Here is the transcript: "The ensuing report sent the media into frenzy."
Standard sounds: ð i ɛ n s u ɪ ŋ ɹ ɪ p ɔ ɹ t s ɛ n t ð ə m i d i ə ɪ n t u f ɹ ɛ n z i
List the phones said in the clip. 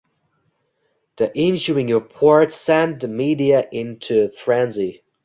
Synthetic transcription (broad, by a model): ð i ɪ n ʃ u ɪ ŋ ɹ ɪ p ɔ ɹ t s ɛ n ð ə m i d i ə ɪ n t u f ɹ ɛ n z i